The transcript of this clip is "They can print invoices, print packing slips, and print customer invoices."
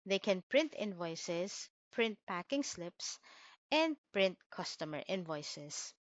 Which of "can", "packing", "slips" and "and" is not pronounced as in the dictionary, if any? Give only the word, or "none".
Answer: none